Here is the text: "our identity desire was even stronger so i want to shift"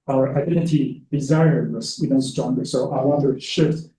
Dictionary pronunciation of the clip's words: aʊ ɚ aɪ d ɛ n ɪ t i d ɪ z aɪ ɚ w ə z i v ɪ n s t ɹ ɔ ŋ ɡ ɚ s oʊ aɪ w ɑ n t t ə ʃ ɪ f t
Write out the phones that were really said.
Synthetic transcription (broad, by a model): aʊ ɚ aɪ d ɛ n ɪ t i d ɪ z aɪ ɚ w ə s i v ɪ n s t ɹ ɔ ŋ ɡ ɚ s oʊ aɪ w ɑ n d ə ʃ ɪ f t